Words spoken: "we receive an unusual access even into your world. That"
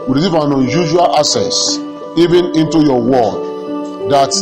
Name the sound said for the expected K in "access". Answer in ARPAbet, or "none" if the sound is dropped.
none